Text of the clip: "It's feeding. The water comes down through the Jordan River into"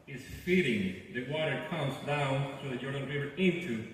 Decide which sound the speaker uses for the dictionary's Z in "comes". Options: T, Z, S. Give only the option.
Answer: Z